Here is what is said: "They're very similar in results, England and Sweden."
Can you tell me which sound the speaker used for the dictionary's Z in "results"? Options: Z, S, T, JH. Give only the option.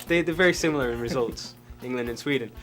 Z